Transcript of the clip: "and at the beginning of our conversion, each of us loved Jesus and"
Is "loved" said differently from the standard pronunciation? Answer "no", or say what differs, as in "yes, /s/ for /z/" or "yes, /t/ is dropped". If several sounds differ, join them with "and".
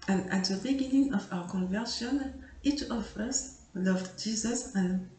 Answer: no